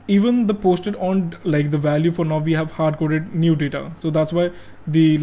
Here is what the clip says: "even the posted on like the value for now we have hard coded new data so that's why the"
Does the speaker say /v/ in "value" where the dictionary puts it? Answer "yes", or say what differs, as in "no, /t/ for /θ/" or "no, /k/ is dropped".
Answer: yes